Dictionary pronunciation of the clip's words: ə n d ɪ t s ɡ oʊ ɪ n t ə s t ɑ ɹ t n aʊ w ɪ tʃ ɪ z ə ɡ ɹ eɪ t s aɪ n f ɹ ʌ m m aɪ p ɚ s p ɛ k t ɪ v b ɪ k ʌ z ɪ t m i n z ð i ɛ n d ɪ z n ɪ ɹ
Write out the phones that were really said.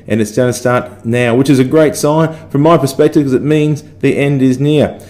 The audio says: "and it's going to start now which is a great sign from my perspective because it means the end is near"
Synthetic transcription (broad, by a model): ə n ɪ t s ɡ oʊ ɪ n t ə s t ɑ ɹ t n aʊ w ɪ tʃ ɪ z ə ɡ ɹ eɪ t s aɪ n f ɹ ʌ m m aɪ p ɚ s p ɛ k t ɪ v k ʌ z ɪ t m i n z ð i ɛ n d ɪ z n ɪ ɹ